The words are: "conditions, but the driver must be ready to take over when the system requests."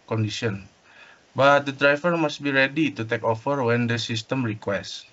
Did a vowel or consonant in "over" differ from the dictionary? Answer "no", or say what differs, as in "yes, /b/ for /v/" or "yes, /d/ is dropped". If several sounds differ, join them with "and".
yes, /f/ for /v/